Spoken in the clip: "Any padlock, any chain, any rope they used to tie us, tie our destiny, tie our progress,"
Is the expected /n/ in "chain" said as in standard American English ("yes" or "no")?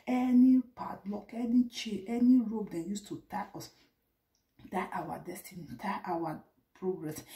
no